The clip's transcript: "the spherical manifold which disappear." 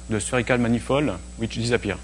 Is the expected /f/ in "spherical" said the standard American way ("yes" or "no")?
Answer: no